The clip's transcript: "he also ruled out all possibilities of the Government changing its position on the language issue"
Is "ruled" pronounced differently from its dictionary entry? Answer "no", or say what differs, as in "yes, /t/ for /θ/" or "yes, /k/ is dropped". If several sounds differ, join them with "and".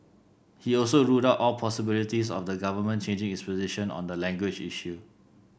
yes, /l/ is dropped